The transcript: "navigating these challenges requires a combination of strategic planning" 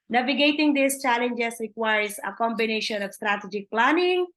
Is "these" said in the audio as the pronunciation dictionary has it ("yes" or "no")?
no